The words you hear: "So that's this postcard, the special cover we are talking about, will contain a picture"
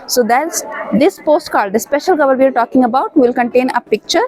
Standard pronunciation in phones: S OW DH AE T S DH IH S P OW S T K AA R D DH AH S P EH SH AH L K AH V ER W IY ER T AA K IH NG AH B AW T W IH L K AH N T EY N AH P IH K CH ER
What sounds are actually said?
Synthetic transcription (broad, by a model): S OW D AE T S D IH S P OW S T K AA L D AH S P EH SH AH L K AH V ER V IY ER T AA K IH NG AH B AW T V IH L K AH N T EY N AH P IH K CH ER